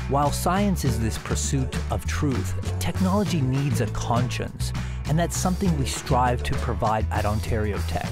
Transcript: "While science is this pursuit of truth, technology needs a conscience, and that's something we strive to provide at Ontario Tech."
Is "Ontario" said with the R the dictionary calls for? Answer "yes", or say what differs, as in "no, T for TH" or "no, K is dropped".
yes